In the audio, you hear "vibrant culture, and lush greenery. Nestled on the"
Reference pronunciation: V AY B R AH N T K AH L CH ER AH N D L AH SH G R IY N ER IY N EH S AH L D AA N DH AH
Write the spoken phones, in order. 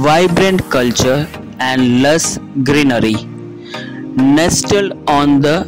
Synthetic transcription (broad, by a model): V AY B R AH N T K AH L CH ER AH N D L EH S G R IY N ER IY N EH S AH L AA N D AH